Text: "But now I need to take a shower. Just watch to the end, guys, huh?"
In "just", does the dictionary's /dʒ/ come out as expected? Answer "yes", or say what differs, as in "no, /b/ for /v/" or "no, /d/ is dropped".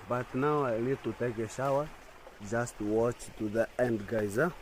yes